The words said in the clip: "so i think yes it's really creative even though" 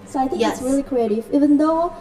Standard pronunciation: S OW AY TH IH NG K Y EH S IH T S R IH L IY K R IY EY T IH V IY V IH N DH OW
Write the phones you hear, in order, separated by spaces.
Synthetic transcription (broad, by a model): S OW AY TH IH NG K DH IH T S R IH L IY K R IY EY T IH V IY V IH N DH OW